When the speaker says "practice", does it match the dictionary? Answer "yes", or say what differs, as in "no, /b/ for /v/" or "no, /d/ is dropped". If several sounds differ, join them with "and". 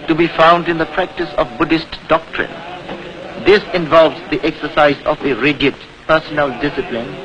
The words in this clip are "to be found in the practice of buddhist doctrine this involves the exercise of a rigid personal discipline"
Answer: yes